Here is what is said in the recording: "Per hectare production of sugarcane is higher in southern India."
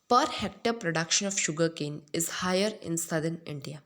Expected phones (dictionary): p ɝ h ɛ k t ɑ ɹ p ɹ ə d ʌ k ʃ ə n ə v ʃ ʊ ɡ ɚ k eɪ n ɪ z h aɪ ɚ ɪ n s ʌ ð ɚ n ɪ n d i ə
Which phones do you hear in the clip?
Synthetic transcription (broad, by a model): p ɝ h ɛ k t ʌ ɹ p ɹ ə d ʌ k ʃ ə n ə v ʃ ʊ ɡ ɚ k eɪ n ɪ z h aɪ ɚ ɪ n s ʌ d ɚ n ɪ n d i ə